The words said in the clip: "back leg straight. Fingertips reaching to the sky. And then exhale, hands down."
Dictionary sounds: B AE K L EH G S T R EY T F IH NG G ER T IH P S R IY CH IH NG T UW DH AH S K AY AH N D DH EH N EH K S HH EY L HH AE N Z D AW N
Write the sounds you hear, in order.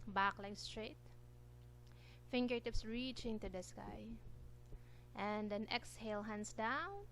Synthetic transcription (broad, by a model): B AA K L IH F S T R EY T F IH NG G ER T IH P S R IY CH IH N T UW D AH S K AY AH N D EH N EH K S HH EY L HH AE N S D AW N